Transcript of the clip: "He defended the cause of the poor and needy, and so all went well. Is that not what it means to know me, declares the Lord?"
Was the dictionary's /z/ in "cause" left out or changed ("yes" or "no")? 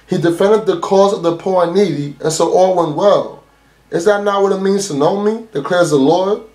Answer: no